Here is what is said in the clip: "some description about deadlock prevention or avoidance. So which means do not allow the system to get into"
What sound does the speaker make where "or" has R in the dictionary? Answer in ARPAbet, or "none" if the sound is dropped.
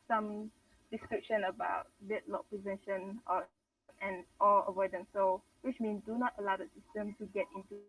L